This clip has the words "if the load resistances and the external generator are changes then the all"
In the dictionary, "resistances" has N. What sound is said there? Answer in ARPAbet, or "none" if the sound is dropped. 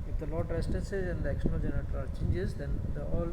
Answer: none